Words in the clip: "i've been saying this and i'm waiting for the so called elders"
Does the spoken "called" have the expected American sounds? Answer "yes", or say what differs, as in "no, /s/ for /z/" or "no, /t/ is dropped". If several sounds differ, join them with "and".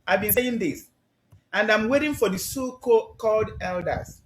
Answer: yes